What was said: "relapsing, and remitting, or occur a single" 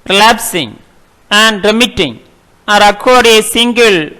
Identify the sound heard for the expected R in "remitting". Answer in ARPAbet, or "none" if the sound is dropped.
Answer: R